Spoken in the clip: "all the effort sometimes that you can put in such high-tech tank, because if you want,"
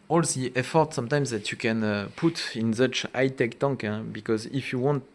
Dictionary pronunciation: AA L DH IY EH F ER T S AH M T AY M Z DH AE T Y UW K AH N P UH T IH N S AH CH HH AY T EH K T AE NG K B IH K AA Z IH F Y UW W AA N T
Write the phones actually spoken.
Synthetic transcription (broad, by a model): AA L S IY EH F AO T S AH M T AY M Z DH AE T Y UW K AH N P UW T IH N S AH CH AY T EH K T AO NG K B IH K AA Z IH F Y UW W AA N T